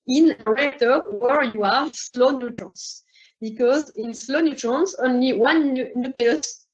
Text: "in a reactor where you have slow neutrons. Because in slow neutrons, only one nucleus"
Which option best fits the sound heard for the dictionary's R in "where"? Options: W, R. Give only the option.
R